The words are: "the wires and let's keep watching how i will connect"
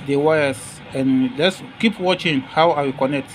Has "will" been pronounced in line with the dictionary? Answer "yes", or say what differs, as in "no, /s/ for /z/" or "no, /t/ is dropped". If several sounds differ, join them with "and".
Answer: no, /w/ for /l/